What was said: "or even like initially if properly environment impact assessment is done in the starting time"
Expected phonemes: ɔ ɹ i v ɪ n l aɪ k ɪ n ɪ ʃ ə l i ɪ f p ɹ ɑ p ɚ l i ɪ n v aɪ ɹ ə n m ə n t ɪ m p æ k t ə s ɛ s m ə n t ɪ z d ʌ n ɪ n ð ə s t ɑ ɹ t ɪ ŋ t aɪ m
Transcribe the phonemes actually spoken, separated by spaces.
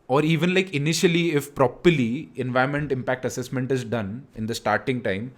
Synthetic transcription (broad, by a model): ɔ ɹ i v ɪ n l aɪ k ɪ n ɪ ʃ ə l i ɪ f p ɹ ɑ p ɚ l i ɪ n v aɪ ə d m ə n t ɪ m p æ k t ə s ɛ s m ə n t ɪ z d ʌ n ɪ n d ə s t ɑ ɹ t ɪ ŋ t aɪ m